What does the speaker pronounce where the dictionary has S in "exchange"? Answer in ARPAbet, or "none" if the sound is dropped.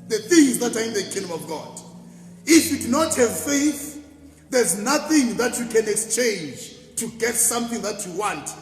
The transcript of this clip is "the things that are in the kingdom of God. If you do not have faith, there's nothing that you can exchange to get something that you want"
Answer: S